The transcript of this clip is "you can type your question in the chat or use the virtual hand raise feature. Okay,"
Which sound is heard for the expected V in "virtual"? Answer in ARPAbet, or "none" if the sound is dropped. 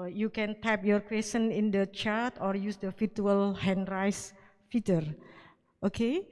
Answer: F